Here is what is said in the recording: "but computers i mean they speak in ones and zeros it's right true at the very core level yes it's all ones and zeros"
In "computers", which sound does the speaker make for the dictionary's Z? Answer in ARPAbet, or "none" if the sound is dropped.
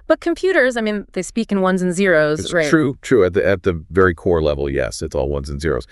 Z